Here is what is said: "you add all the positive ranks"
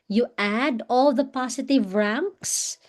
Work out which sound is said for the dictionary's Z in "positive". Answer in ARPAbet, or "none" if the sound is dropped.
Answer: S